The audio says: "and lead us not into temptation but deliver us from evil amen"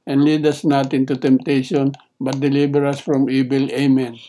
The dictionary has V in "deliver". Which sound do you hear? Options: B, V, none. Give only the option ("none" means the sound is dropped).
B